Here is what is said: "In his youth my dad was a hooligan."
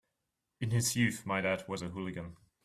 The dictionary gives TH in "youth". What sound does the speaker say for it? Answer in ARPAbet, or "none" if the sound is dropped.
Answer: TH